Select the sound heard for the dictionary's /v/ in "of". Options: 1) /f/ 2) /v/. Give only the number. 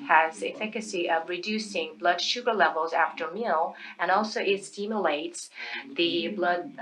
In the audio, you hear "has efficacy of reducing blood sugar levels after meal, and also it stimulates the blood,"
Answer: 2